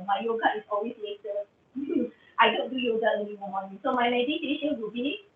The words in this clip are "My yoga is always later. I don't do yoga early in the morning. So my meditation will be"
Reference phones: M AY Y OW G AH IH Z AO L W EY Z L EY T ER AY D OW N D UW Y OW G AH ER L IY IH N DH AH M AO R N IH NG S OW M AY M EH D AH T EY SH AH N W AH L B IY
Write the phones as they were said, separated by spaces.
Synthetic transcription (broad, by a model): M AY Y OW G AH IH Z AO L W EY S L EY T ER AY D OW N D UW Y OW G AH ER N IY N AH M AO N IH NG S OW M AY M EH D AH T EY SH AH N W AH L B IY